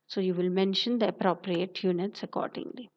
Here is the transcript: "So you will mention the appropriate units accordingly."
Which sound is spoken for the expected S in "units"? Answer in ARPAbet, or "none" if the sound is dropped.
S